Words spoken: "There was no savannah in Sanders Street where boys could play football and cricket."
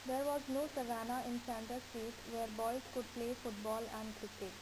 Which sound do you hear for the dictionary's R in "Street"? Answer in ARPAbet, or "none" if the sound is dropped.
none